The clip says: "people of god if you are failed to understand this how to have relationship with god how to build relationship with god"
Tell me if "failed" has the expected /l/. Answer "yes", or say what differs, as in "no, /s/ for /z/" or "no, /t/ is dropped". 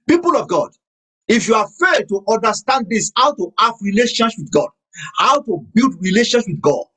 no, /l/ is dropped